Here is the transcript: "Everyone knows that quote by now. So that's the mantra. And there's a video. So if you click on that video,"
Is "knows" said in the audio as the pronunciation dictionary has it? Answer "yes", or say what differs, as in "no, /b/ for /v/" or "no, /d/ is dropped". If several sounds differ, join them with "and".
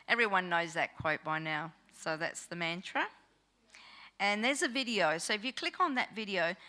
yes